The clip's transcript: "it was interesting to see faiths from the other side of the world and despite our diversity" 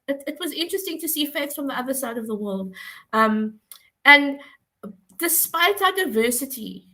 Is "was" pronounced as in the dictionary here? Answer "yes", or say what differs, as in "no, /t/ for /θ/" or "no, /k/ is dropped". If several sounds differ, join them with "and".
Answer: yes